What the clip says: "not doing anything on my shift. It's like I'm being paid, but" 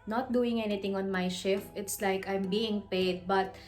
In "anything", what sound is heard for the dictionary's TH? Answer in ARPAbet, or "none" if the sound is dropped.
T